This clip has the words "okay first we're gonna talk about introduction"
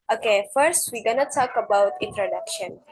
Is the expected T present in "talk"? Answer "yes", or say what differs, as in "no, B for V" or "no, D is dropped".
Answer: no, S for T